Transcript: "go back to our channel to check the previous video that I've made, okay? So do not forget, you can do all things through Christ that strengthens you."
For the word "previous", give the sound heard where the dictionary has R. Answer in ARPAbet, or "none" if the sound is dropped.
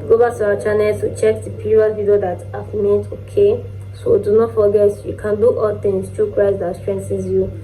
none